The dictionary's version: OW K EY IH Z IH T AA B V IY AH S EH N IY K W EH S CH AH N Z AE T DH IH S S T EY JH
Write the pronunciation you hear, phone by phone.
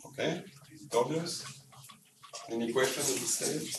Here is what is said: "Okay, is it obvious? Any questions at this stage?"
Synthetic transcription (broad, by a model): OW K EY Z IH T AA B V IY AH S EH N IY K W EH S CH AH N IY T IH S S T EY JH